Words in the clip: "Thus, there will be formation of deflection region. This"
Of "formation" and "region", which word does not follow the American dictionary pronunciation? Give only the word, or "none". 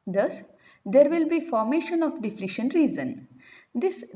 region